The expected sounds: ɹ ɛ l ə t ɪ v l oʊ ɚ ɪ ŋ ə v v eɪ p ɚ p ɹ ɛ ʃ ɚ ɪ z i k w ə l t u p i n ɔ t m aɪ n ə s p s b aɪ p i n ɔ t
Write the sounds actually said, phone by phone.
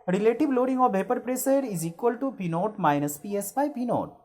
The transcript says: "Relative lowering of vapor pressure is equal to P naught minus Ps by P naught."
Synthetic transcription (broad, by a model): ɹ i l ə t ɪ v l oʊ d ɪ ŋ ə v v eɪ p ɚ p ɹ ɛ s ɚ ɪ z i k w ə l t u p i n ɔ t m aɪ n ə s p s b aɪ p i n ɔ t